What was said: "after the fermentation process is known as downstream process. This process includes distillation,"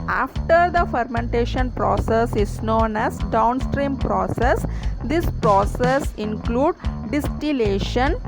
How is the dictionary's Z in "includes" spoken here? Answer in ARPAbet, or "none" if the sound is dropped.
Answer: none